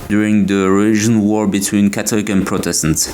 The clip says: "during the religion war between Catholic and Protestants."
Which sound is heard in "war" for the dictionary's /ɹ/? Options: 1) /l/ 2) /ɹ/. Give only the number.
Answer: 2